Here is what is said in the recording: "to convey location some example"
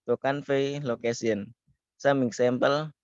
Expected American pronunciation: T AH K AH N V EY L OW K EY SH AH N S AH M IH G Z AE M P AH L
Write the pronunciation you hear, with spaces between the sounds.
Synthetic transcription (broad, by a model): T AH K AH N F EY L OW K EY S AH N S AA M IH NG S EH M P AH L